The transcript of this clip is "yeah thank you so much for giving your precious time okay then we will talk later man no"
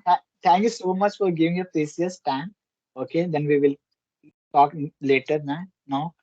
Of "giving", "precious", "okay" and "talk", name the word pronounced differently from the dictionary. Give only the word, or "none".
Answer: precious